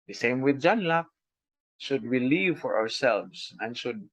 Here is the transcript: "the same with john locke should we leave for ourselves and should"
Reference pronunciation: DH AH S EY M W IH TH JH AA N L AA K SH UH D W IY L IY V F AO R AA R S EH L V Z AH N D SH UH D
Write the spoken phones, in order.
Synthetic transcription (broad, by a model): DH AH S EY M W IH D JH AA N L AA K SH UH D W IY L IY V F AO R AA R S EH L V S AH N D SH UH D